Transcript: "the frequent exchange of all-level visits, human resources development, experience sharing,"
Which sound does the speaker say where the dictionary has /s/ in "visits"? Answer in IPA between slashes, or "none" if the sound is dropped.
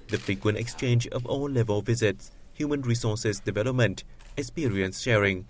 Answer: /s/